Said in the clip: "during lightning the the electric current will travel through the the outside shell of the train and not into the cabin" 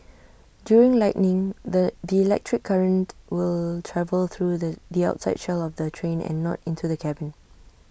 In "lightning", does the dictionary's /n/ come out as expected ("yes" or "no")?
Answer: yes